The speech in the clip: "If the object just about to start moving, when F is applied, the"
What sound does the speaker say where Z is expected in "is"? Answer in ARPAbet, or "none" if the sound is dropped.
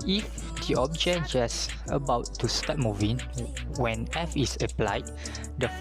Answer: S